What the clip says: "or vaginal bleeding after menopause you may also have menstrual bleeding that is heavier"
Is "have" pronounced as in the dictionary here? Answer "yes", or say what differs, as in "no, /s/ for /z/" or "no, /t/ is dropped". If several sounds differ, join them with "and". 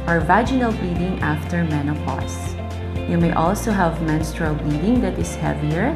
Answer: yes